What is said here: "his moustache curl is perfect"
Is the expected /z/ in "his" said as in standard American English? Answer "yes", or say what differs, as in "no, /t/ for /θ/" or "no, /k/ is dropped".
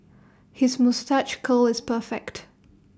yes